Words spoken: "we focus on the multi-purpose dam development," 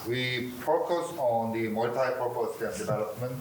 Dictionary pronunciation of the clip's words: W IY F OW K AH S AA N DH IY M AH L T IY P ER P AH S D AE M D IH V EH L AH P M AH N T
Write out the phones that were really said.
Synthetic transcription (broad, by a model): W IY P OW K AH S AA N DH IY M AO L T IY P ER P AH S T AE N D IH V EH L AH P M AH N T